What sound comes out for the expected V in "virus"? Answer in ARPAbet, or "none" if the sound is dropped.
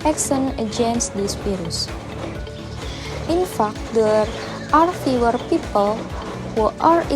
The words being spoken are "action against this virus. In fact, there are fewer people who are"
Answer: P